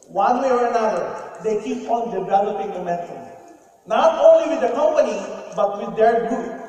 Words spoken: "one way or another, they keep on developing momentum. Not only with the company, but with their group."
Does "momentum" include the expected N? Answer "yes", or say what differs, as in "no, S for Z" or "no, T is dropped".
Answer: no, N is dropped